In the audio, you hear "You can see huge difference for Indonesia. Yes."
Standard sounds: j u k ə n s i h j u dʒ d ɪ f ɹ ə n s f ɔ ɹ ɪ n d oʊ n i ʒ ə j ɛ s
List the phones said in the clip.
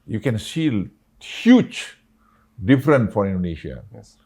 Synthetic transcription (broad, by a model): j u k ə n s i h j u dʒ d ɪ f ɹ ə n f ɔ ɹ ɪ n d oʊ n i ʃ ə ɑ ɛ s